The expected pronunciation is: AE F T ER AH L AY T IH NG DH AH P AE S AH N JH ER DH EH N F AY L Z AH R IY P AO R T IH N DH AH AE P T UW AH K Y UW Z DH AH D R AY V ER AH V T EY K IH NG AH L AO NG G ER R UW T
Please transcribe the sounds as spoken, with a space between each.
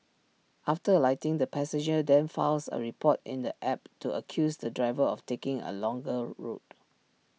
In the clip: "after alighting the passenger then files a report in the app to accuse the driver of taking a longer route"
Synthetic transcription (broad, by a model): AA F T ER AH L AY T IH NG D AH P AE S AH JH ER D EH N F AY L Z AH R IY P AO T IH N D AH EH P T UW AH K Y UW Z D AH D R AY V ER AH F T EY K IH NG AH L AO NG G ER R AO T